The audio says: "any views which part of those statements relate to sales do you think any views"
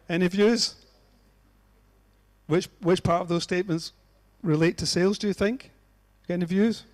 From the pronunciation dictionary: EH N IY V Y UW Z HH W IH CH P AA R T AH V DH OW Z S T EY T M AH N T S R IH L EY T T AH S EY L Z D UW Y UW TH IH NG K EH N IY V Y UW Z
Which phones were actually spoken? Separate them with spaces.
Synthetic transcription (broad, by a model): EH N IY V Y UW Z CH W IH CH P AA R T AH V DH OW Z S T EY T M AH N T S R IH L EY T T AH S EY L Z D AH Y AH TH IH NG K EH N IY V Y UW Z